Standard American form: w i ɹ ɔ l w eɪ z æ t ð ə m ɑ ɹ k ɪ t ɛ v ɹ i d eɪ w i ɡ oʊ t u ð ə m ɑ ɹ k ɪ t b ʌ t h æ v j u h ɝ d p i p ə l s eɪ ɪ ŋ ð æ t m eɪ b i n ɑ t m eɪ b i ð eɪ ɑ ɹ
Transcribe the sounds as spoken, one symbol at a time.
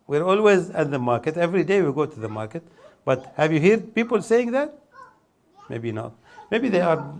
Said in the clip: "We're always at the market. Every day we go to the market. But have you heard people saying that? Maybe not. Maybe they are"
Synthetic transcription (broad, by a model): w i ɹ ɔ l w eɪ z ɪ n ð ə m ɑ ɹ k ɪ t ɛ v ɹ i d eɪ w i ɡ oʊ t u ð ə m ɑ ɹ k ɪ t b ʌ t h æ v j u h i d p i p ə l s eɪ ɪ ŋ ð æ t m eɪ b i n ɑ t m eɪ b i ð eɪ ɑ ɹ